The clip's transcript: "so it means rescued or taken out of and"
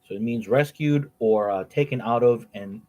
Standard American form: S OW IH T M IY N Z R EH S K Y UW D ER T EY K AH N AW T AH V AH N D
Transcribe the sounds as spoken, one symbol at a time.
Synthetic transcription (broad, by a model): S OW IH T M IY N Z R EH S K Y UW D ER T EY K AH N AW T AH V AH N